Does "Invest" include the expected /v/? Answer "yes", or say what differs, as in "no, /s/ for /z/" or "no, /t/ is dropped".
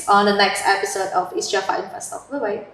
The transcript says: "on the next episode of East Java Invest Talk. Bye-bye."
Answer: no, /f/ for /v/